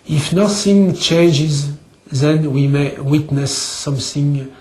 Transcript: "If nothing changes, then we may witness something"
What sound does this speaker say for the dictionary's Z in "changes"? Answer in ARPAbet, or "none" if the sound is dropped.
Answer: Z